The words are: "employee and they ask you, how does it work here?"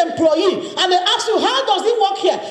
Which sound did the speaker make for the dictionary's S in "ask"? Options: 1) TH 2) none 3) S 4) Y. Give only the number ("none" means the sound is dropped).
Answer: 2